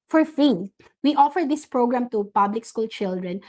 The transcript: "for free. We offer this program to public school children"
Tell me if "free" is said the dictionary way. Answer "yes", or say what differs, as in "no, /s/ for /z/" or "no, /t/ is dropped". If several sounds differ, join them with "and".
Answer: no, /ɹ/ is dropped